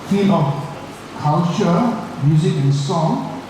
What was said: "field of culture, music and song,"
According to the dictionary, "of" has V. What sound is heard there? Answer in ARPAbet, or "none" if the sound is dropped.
F